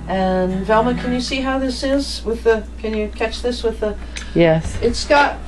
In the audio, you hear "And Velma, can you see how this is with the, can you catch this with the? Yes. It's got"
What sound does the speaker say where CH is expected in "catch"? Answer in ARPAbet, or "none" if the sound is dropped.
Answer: CH